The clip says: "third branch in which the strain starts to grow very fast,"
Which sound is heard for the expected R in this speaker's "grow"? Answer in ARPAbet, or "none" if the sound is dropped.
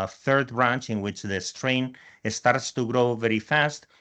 R